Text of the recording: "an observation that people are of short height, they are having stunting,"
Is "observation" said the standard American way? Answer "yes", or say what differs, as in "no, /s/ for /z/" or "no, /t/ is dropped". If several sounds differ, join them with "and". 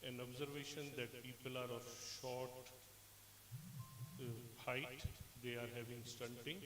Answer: yes